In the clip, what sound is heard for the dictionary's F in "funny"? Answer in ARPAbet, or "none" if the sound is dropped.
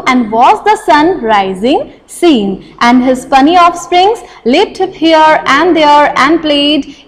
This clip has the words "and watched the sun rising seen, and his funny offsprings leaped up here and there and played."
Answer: P